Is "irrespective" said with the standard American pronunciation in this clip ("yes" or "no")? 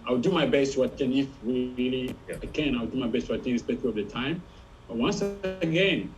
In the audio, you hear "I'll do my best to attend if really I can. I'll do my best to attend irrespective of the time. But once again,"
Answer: no